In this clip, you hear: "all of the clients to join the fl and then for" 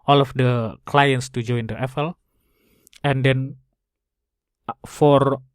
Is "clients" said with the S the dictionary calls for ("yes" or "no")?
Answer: yes